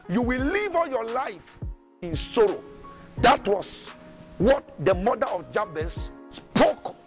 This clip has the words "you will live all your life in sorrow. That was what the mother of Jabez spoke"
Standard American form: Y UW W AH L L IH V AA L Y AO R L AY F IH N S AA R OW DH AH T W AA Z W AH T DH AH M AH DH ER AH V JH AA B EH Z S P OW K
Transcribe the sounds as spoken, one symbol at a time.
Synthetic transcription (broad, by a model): Y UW W AH L L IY V AA L Y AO L AY F IH N S AA R OW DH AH T W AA S W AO T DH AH M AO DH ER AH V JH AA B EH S P OW K